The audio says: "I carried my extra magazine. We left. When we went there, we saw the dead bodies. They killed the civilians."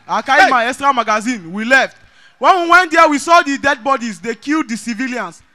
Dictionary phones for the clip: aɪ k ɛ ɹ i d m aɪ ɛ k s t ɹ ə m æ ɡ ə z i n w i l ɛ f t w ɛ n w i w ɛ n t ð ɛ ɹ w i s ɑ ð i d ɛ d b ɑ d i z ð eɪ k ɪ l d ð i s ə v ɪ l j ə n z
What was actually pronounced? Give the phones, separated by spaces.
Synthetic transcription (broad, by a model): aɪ k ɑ i m aɪ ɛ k s t ɹ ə m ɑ ɡ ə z i n w i l ɛ f t w ɛ n w i w ɛ n t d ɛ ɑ w i s ɑ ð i d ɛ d b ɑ d i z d eɪ k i l d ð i s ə v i l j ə n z